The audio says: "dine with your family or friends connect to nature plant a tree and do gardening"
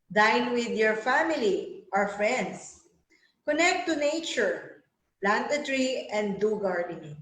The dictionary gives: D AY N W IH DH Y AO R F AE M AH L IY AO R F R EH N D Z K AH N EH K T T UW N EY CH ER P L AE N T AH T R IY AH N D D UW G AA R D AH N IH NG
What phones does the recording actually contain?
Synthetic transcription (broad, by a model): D AY N W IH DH Y AO R F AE M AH L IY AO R F R EH N D S K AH N EH K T T UW N EY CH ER P L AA N T AH T R IY AH N D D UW G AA R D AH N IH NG